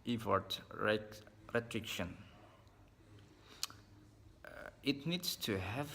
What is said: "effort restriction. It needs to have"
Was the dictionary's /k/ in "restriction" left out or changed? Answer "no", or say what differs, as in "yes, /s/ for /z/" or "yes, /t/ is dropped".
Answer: no